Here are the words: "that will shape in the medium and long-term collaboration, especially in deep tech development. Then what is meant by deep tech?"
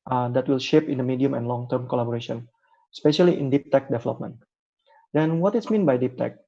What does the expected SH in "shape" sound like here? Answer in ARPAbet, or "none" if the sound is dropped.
SH